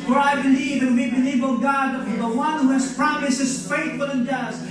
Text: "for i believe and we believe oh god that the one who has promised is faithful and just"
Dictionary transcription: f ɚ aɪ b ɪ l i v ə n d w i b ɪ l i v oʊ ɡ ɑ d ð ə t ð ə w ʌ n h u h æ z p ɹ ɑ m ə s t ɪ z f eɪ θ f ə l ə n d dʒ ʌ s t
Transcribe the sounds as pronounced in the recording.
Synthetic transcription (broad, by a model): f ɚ aɪ b ɪ l i v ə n w i b ɪ l i v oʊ ɡ ɑ d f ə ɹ ð ə w ʌ n h u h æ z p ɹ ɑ m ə s ɪ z f eɪ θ f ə l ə n dʒ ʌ s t